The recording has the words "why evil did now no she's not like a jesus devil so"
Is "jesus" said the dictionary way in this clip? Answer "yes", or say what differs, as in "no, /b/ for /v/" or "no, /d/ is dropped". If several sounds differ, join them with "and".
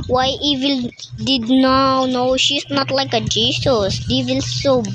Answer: no, /s/ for /z/